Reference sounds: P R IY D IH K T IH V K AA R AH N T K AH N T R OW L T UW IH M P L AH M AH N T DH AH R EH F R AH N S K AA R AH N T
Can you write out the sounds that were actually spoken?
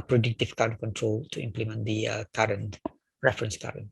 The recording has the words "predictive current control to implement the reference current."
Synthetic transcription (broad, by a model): P R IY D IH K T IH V K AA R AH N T K AH N T R OW L T UW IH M P L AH M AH N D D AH R EH F R AH N S K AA R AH N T